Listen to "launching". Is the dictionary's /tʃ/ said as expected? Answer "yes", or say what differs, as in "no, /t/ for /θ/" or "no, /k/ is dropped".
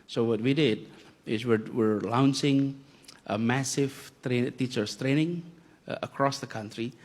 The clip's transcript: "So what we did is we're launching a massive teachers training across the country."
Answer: no, /s/ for /tʃ/